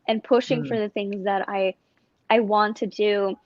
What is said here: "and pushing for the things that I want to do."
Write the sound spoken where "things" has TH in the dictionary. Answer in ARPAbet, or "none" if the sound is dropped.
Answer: TH